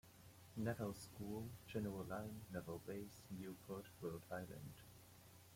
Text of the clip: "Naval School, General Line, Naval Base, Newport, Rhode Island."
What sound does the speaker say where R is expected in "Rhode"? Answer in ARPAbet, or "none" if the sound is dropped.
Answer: W